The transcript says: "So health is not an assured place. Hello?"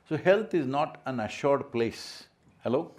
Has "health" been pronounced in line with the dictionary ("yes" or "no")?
no